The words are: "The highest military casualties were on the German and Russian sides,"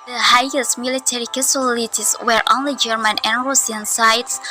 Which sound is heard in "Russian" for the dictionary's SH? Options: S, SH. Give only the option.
S